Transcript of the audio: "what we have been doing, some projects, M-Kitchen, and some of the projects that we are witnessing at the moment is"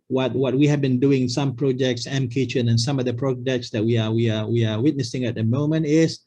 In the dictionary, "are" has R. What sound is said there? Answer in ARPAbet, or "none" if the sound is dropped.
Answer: W